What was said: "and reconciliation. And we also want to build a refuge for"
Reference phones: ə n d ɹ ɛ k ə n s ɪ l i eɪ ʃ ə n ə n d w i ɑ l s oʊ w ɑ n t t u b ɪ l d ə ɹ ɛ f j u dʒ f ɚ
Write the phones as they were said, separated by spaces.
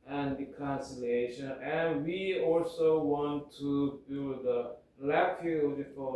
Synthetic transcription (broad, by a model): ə n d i k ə n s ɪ l eɪ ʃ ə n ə n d w i ɑ l s oʊ w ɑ n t t u b ɪ l d ə l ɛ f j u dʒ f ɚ